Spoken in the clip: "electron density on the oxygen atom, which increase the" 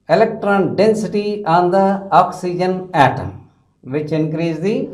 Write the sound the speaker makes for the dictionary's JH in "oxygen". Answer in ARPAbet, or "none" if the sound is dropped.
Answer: JH